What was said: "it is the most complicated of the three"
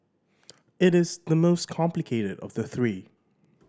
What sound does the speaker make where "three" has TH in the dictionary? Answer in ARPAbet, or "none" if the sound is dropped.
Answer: TH